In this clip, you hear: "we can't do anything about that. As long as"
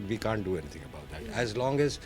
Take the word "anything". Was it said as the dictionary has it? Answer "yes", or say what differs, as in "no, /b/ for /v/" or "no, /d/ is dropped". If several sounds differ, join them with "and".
no, /t/ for /θ/